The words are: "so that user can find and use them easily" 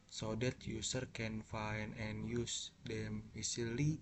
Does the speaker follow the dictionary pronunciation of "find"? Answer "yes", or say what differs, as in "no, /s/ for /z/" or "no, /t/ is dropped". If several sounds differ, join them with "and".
no, /d/ is dropped